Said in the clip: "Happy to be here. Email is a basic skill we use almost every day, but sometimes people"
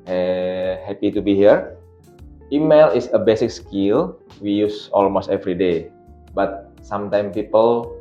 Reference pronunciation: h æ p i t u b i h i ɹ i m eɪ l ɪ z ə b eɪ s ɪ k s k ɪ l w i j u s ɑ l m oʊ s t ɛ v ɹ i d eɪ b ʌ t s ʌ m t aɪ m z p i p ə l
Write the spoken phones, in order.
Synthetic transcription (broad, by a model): h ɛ p i t u b i h i ɹ i m eɪ l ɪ s ə b eɪ s ɪ k s k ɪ l w i j u s ɑ l m oʊ s t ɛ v ɹ i d eɪ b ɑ t s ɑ m t aɪ m p i p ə l